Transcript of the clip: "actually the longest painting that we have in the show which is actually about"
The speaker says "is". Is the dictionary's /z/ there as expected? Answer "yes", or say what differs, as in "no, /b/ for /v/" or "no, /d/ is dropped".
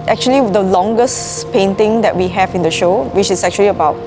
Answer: no, /s/ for /z/